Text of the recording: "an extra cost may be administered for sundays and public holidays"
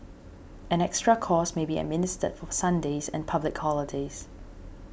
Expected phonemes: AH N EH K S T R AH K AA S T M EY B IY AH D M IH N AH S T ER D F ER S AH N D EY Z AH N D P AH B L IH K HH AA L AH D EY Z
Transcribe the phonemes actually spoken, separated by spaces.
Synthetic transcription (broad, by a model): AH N EH K S T R AH K AA S M EY B IY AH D M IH N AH S T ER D F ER S AH N D EY Z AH N P AH B L IH K HH AA L AH D EY Z